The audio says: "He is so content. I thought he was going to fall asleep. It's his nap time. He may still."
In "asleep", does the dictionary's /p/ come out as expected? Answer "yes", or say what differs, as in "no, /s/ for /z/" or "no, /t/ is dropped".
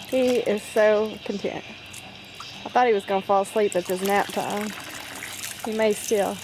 yes